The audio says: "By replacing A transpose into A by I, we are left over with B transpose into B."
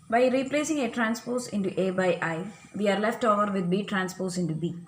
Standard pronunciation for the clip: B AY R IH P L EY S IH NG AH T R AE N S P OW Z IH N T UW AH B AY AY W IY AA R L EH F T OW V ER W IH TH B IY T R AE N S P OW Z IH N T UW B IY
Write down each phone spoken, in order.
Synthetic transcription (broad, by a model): B AY R IH P L EY S IH NG AH T R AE N S P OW S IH N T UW AH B AY AY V IY AA R L EH F T OW V ER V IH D B IY T R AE N S P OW S IH N T UW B IY